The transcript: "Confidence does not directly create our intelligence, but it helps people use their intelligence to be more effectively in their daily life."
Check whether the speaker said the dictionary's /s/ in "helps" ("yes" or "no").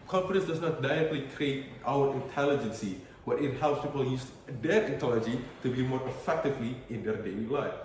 yes